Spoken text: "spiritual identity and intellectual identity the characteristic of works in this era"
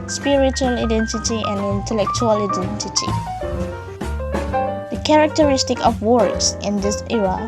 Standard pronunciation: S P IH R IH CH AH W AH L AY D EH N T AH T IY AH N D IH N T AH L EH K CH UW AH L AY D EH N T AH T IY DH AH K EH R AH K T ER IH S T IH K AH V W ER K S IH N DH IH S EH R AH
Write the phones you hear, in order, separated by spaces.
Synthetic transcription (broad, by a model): S P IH R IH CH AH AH L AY D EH N T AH T IY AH N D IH N T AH L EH K CH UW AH L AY D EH N T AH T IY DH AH K EH R AH K T ER IH S T IH K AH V W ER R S IH N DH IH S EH R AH